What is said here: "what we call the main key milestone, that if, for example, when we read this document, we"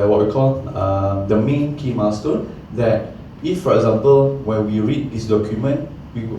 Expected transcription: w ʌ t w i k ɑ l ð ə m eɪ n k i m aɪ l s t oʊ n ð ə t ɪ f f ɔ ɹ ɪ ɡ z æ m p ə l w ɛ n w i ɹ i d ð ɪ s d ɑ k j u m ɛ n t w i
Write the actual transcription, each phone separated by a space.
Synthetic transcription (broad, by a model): w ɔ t w i k ɑ l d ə m eɪ n k i m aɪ s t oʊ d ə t ɪ f f ɔ ɹ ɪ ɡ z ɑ m p ə l w ɛ n w i ɹ i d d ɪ s d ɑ k j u m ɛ n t w i